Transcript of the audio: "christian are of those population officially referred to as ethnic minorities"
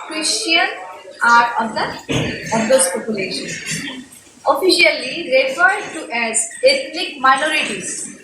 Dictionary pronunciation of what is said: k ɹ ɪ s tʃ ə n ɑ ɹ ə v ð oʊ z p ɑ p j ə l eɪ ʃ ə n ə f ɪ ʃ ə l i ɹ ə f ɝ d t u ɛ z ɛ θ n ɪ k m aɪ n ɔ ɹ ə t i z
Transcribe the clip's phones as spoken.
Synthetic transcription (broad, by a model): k ɹ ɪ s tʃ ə n ɑ ɹ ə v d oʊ s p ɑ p j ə l eɪ ʃ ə n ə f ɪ ʃ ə l i ɹ ə f ɝ d t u ɛ z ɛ t n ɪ k m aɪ n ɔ ɹ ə t i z